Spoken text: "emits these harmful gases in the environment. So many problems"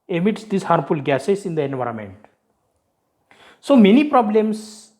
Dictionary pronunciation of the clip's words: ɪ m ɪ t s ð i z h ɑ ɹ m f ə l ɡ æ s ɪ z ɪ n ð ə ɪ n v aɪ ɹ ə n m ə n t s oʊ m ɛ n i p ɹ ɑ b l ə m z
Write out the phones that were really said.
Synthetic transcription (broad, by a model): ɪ m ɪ t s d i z h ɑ ɹ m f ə l ɡ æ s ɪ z ɪ n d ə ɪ n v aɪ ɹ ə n m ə n t s oʊ m ɛ n i p ɹ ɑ b l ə m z